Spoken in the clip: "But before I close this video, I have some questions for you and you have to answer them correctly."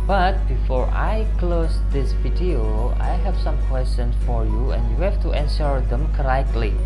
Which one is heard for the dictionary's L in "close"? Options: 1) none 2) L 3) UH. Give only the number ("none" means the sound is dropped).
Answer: 2